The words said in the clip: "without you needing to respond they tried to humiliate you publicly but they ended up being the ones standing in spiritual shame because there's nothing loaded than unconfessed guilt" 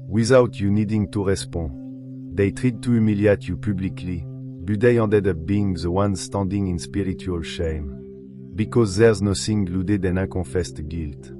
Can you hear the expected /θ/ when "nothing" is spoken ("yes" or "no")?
no